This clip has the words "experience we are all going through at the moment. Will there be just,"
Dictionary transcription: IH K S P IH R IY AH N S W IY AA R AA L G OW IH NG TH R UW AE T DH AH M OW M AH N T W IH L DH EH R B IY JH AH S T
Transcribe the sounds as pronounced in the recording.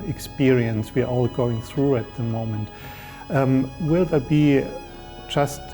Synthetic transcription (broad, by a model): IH K S P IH R IY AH N S W IY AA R AA L G OW IH NG TH R UW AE T DH AH M OW M AH N T W IH L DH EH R B IY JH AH S T